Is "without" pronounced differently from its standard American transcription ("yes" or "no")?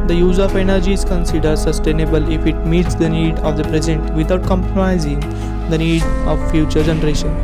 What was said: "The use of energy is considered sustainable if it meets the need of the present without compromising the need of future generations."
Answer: yes